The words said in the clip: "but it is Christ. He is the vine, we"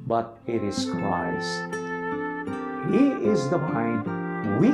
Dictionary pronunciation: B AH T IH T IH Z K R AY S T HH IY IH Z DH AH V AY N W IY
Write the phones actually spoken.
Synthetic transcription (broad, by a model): B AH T IH T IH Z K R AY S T HH IY IH Z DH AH P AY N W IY